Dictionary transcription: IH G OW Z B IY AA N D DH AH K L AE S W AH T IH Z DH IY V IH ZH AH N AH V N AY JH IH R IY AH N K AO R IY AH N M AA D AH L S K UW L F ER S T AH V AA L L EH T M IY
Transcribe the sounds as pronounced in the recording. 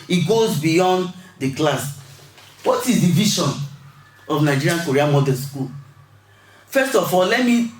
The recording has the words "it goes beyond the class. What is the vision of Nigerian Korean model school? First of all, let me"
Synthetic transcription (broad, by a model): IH G OW Z B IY AA N D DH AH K L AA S W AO T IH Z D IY V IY SH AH N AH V N AY JH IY R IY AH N K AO R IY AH M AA D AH N S K UW L F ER S T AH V AA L L EH T M IY